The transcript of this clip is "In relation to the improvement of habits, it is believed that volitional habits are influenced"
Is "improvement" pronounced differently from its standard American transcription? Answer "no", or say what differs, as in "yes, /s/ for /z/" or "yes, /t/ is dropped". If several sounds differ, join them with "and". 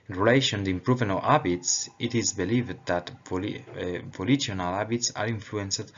yes, /m/ is dropped and /t/ is dropped